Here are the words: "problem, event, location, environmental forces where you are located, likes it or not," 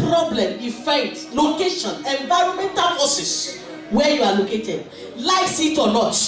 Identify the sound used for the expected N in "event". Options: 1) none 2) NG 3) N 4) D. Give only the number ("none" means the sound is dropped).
1